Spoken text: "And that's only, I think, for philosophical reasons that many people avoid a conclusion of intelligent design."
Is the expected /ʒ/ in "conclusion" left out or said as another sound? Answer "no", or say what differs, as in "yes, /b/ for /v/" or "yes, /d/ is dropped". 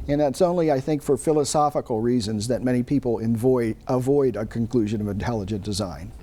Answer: no